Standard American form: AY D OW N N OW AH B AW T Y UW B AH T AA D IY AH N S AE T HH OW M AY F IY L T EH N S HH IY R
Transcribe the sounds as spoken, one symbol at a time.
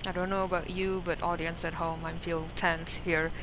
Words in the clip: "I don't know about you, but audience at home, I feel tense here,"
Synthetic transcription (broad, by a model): AY D OW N N OW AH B AW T Y UW B AH T AA D IY AH N S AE T HH OW M AY F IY L T EH N S HH IY R